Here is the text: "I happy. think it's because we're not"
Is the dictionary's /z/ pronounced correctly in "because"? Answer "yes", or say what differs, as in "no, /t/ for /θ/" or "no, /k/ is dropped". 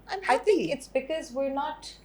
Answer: yes